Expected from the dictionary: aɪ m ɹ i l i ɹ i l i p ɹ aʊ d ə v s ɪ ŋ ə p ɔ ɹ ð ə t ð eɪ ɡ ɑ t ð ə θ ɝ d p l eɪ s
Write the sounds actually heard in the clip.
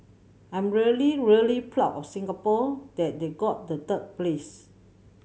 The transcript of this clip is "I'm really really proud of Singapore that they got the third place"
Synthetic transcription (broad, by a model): aɪ m ɹ i l i ɹ i l i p l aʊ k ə f s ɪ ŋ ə p ɔ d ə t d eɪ ɡ ɑ t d ə t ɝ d p l eɪ s